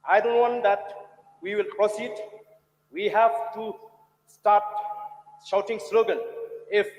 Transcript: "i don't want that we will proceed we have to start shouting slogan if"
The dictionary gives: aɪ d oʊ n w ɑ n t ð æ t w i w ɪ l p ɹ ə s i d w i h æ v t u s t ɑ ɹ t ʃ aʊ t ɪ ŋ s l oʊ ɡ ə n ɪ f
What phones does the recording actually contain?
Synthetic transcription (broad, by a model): aɪ d oʊ n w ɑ n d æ t w i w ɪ l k ɹ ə s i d w i h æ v t u s t ɑ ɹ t ʃ aʊ t ɪ ŋ s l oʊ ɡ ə l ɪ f